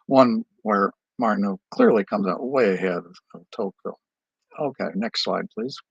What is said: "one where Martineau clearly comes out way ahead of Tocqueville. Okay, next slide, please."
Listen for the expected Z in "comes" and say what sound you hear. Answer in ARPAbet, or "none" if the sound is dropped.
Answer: Z